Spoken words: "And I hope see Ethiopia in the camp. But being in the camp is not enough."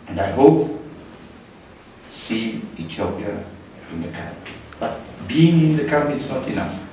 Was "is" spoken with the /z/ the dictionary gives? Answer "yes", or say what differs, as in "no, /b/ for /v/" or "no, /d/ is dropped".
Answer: no, /s/ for /z/